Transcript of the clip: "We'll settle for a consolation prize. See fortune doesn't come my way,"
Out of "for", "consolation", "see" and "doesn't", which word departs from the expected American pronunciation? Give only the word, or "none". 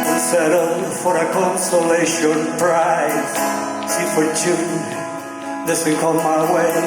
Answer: doesn't